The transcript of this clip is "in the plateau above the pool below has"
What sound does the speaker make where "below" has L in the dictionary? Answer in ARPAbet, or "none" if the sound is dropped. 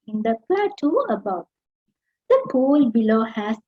L